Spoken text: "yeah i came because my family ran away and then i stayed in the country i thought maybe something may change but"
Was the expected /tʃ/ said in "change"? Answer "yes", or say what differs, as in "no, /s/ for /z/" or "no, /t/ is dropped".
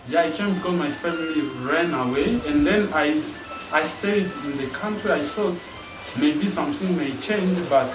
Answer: yes